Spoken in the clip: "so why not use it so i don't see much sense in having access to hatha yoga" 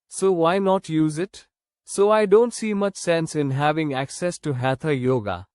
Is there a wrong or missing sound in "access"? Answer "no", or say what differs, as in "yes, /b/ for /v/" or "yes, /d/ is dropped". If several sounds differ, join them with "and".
no